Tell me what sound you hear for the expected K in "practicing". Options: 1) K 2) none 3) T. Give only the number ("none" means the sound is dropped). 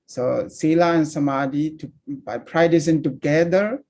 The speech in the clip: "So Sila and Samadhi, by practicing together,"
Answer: 2